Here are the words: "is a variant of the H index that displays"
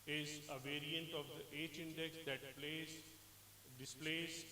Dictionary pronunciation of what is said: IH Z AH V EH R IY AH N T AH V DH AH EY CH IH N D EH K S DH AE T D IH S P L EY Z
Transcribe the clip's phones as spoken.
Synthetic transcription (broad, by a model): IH Z AH V EH R IY AH N T AH V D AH EY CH IH N D EH K S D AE T D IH S P L EY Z